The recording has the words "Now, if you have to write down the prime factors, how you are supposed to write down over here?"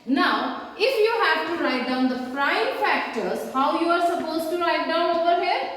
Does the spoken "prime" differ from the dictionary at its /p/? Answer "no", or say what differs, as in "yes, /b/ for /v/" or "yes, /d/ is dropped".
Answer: yes, /f/ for /p/